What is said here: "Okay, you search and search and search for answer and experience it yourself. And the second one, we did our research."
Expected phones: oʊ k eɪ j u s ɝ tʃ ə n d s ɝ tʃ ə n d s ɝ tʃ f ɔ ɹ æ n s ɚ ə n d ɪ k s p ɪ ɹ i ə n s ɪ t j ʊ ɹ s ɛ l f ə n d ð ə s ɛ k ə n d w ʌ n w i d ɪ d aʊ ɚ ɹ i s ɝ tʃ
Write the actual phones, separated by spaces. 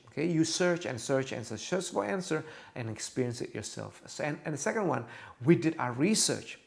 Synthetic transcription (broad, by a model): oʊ k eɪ j u s ɝ tʃ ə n s ɝ tʃ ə n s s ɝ s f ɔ l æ n s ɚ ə n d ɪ k s p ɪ ɹ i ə n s ɪ t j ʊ ɹ s ɛ l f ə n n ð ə s ɛ k ə n d w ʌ n w i d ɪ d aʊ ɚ ɹ i s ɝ tʃ